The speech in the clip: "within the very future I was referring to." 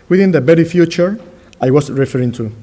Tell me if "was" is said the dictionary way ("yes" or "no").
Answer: no